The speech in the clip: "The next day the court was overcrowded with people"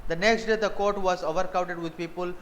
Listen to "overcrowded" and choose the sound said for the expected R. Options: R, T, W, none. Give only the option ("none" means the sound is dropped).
none